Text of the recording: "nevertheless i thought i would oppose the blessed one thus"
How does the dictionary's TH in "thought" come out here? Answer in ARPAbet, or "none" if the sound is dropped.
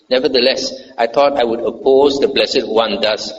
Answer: T